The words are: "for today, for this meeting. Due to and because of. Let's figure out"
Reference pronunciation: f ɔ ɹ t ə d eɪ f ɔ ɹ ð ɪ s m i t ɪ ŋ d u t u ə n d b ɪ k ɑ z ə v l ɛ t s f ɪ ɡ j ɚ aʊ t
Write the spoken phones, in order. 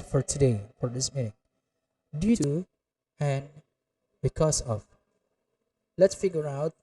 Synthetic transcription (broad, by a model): f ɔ ɹ t ə d eɪ f ɔ ɹ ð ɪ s m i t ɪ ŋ d u t u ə n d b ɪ k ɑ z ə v l ɛ t s f ɪ ɡ j ɚ aʊ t